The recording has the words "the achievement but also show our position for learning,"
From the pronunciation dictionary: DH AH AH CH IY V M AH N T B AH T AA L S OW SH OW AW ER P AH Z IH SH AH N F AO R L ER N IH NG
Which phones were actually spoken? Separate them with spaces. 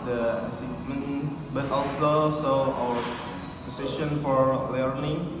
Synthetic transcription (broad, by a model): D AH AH S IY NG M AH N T B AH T AA L S OW S OW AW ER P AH S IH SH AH N F AO R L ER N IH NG